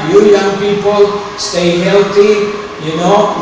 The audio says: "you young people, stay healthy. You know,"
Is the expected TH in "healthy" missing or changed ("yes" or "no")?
yes